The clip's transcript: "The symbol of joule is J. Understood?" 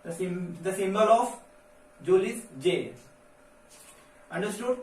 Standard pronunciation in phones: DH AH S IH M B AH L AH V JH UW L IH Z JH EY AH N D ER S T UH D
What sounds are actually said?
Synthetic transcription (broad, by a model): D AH S IH M B AH L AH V JH UW L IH S JH EY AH N D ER S T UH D